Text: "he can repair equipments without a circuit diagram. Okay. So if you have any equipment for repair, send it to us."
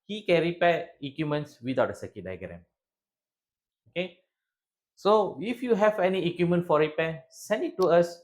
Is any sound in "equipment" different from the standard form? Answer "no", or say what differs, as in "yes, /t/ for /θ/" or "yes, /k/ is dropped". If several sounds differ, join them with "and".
yes, /p/ is dropped